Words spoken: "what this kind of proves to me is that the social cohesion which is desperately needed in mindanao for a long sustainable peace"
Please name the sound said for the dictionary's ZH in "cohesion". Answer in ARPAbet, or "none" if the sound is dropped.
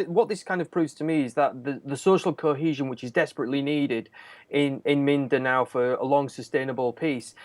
ZH